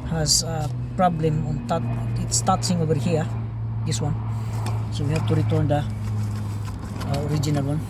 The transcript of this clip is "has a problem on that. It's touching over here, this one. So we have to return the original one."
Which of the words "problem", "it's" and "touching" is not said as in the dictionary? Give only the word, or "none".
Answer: touching